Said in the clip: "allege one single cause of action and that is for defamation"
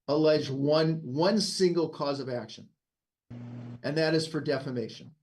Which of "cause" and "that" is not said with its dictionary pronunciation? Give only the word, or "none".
none